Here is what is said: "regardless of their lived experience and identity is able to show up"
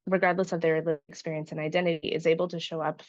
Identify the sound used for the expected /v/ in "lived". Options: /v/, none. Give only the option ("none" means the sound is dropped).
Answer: none